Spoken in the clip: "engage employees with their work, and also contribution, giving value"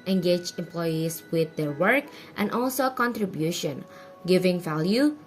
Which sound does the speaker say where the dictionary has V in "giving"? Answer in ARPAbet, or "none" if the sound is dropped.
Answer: V